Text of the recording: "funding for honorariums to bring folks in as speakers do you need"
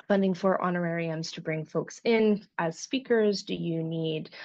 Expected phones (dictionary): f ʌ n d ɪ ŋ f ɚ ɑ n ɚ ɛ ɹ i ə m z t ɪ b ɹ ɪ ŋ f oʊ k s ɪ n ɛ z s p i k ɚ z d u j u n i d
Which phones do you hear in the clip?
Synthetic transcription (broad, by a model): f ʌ n d ɪ ŋ f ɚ ɑ n ɚ ɛ ɹ i ə m z t ɪ b ɹ ɪ ŋ f oʊ k s ɪ n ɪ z s p i k ɚ z d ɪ j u n i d